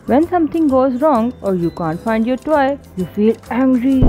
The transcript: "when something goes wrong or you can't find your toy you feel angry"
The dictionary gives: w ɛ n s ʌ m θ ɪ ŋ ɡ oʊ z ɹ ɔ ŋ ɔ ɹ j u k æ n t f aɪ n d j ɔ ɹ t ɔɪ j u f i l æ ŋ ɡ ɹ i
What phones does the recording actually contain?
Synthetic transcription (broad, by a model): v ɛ n s ʌ m t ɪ ŋ ɡ oʊ z ɹ ɔ ŋ ɔ ɹ j u k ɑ n t f aɪ n d j ɔ ɹ t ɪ j u f i l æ ŋ ɡ ɹ i